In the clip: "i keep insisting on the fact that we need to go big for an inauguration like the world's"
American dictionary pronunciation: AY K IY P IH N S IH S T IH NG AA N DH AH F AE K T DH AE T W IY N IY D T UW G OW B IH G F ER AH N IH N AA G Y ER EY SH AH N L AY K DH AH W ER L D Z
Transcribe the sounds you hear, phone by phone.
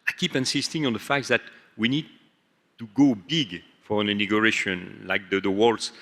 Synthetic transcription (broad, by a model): AY K IY P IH N S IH S T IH NG AA N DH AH F AE K T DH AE T W IY N IY D T UW G OW B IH G F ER AH N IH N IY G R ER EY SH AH N L AY K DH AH W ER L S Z